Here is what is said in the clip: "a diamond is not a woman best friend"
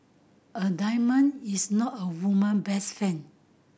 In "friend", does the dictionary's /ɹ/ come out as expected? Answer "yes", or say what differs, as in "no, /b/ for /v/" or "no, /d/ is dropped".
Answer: no, /ɹ/ is dropped